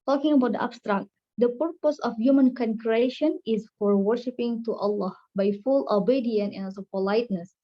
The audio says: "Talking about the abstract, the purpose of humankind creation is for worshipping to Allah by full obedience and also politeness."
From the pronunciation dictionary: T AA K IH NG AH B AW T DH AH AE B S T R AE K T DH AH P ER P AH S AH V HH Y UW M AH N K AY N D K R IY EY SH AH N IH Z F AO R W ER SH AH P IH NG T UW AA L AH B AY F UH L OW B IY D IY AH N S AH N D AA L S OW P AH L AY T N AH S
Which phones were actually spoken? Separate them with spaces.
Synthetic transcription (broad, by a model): T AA K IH NG AH B AW T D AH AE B S T R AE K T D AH P ER P AH S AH F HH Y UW M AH N K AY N K R IY EY SH AH N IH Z F AO R W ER SH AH P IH NG T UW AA L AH B AY F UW L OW B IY D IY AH N AH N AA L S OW P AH L AY T N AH S